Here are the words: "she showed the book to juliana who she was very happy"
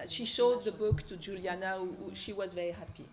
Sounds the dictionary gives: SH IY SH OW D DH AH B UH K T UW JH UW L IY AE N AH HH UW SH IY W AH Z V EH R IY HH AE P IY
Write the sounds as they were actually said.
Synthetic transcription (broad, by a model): SH IY SH OW D DH AH B UH K T UW JH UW L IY N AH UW SH IY W AH Z V EH R IY HH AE P IY